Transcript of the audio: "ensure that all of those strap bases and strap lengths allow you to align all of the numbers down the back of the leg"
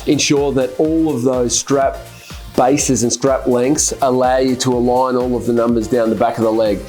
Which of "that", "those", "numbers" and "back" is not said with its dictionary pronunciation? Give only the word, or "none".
none